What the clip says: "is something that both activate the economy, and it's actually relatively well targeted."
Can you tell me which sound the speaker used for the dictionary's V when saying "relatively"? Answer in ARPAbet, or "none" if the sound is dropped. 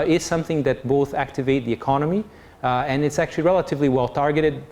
V